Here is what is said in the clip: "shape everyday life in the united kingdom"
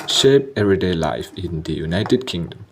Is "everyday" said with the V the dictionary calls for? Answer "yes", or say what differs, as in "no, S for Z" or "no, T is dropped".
no, V is dropped